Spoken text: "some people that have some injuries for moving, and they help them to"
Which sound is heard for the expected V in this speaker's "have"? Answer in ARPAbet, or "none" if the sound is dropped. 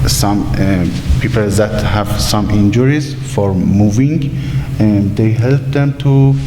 V